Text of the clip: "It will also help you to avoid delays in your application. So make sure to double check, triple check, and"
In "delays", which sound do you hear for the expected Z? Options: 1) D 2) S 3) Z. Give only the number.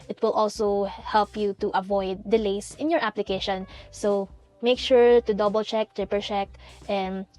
2